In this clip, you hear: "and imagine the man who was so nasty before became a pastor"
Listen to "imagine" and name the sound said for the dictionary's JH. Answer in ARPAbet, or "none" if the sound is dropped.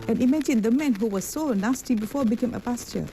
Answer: SH